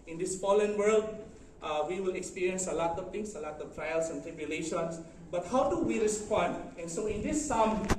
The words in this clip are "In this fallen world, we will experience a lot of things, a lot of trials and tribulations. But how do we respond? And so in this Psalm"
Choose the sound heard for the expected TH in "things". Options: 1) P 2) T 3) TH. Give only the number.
2